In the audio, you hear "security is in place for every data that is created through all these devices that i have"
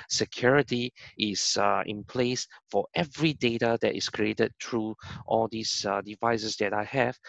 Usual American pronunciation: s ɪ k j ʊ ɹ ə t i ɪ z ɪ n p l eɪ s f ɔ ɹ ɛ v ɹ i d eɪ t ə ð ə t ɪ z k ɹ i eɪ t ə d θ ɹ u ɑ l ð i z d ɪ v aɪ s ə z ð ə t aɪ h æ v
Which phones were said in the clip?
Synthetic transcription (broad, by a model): s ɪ k j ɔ ɹ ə t i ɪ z ɪ n p l eɪ s f ɔ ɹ ɛ v ɹ i d eɪ t ə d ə t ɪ s k ɹ i eɪ t ə d t ɹ u ɑ l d i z d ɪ v aɪ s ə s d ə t aɪ h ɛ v